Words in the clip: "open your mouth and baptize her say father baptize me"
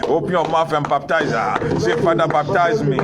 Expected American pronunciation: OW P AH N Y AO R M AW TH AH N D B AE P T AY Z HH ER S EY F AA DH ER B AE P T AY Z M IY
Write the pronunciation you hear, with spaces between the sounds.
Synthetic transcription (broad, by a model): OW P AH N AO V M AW F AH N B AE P T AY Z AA S EY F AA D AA B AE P T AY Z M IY